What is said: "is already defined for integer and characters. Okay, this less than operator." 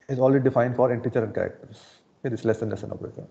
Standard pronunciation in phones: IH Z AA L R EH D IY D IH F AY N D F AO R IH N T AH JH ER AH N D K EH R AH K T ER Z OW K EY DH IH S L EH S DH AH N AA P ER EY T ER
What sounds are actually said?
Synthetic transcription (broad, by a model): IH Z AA L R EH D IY D IH F AY N D F AO R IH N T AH CH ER AH N D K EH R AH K T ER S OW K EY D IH S L EH S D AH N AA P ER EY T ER